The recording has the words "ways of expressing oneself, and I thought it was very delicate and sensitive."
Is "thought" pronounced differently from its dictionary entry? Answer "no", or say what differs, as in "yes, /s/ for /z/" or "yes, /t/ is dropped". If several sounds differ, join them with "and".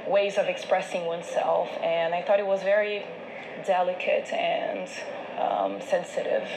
no